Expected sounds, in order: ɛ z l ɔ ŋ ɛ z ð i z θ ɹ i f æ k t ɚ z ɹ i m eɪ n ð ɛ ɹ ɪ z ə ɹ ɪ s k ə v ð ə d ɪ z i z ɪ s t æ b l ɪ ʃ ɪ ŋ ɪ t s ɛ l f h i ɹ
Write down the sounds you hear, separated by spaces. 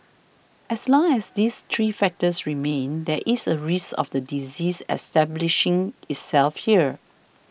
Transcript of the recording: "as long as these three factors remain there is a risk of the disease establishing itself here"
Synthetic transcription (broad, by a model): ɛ s l ɔ ŋ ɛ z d i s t ɹ i f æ k t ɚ s ɹ i m eɪ n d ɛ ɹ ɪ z ə ɹ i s ə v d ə d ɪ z i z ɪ s t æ b l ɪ ʃ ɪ ŋ ɪ t s ɛ l f h i ɹ